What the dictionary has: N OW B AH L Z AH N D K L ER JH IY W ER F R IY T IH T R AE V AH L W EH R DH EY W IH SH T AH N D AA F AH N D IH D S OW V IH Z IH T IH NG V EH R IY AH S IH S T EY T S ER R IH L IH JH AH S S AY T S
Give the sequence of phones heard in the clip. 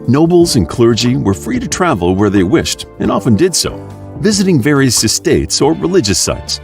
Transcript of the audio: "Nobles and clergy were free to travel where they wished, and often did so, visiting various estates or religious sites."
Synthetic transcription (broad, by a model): N OW B L Z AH N K L ER JH IY W ER F R IY T IH T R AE V L W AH R DH EY W IH SH T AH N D AA F AH N D IH D S OW V IH Z IH T IH NG V EH R IY AH S IH S T EY T S ER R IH L IH JH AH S S AY T S